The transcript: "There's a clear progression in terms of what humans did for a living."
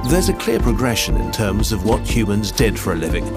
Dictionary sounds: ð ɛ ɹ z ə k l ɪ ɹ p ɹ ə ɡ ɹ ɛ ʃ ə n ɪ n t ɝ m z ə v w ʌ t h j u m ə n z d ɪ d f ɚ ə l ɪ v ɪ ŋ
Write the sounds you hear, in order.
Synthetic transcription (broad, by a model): ð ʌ ɹ z ə k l ɪ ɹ p ɹ ə ɡ ɹ ɛ ʃ ə n ɪ n t ɝ m z ə v w ʌ t h j u m ə n z d ɪ d f ɚ ə l ɪ v ɪ ŋ